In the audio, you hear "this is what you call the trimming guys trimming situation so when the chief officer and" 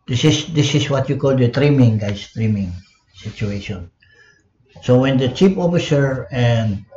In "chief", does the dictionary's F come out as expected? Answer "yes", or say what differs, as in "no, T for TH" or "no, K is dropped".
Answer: no, P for F